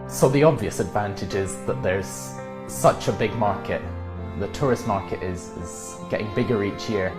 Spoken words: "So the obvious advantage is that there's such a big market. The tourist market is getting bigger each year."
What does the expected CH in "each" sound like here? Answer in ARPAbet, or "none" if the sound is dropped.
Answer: CH